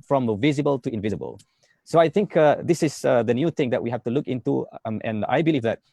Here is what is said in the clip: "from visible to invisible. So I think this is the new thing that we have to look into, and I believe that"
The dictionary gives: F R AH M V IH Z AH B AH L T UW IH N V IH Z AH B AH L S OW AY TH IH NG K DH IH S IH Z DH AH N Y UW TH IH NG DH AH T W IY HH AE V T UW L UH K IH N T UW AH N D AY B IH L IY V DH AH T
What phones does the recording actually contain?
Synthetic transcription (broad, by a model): F R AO M V IH Z AH B AH L T UW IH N V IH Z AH B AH L S OW AY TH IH NG K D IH S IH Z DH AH N Y UW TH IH NG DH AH T W IY HH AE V T UW L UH K IH N T UW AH N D AY B IH L IY V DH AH T